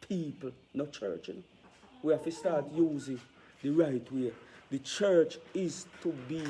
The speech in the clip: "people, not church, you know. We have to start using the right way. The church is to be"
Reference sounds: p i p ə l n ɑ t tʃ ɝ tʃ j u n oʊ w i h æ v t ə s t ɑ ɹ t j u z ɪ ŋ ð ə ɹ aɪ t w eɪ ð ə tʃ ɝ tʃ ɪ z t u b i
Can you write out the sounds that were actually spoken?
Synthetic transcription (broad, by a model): p i p l n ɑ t tʃ ɝ tʃ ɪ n w i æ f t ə s t ɑ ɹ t j u z ɪ ŋ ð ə ɹ aɪ t w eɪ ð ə tʃ ɝ tʃ ɪ z t u b i